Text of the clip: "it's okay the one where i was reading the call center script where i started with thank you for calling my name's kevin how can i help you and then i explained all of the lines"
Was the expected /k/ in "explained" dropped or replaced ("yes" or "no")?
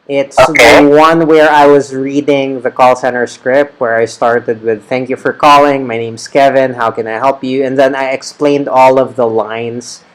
no